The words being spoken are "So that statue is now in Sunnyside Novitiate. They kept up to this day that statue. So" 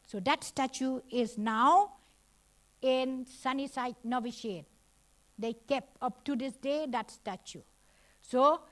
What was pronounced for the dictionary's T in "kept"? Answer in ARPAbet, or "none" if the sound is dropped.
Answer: none